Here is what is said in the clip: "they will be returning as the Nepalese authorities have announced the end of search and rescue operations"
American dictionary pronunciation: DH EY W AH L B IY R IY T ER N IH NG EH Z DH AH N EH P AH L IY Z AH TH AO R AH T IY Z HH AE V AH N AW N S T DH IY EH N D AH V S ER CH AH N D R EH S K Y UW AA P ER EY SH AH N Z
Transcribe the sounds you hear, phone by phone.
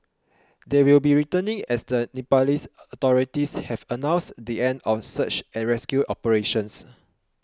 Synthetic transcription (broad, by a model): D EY W AH L B IY R IY T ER N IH NG EH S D AH N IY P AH L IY S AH T AO R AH T IY S HH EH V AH N AW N S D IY EH N D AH F S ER CH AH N R EH S K Y UW AA P ER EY SH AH N S